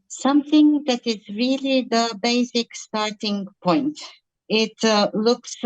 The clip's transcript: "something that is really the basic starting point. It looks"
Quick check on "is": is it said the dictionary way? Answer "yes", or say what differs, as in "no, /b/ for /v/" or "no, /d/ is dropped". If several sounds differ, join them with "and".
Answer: yes